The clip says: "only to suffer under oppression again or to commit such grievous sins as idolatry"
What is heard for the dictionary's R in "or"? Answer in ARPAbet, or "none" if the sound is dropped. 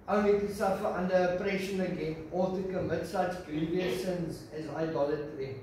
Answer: L